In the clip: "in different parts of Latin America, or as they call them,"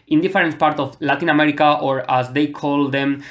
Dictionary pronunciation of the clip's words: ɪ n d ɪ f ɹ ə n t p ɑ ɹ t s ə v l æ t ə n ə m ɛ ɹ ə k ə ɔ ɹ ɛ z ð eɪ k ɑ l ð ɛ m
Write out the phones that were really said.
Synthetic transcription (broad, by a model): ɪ n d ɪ f ɹ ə n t p ɑ ɹ t ə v l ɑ t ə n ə m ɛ ɹ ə k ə ɔ ɹ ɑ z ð eɪ k ɑ l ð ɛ m